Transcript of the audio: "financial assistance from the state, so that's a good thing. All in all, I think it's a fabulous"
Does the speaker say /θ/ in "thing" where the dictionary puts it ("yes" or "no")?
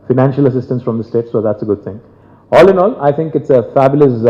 no